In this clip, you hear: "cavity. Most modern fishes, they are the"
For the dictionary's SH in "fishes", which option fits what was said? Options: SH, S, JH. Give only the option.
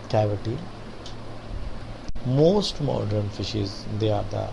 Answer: SH